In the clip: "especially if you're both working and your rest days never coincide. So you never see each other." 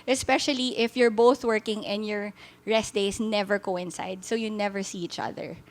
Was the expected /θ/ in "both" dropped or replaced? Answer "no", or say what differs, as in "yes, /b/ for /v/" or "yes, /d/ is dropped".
no